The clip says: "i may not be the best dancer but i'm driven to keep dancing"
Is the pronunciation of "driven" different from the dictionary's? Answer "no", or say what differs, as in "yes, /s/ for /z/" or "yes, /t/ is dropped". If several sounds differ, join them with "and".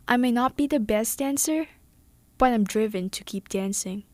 no